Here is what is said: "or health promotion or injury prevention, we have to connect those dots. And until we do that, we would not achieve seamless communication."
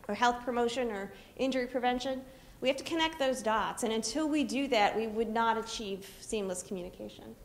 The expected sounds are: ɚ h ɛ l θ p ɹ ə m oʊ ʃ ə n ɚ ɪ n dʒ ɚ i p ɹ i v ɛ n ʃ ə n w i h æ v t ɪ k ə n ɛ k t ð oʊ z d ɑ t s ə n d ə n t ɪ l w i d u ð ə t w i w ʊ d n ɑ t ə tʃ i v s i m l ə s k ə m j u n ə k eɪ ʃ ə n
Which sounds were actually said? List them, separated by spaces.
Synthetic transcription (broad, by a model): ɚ h ɛ l θ p ɹ ə m oʊ ʃ ə n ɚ ɪ n dʒ ɚ i p ɹ i v ɛ n ʃ ə n w i h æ f t ɪ k ə n ɛ k t ð oʊ z d ɑ t s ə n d ə n t ɪ l w i d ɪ ð ə t w i w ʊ d n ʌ t ə tʃ i v s i m l ə s k m j u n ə k eɪ ʃ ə n